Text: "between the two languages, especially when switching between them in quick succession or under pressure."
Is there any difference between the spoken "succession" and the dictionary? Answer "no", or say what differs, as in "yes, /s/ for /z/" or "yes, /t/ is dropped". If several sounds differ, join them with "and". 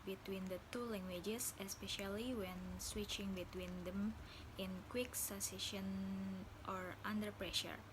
yes, /k/ is dropped